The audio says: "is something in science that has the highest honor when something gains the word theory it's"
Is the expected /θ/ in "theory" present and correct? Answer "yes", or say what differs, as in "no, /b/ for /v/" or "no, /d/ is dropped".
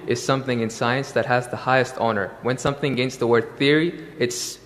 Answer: yes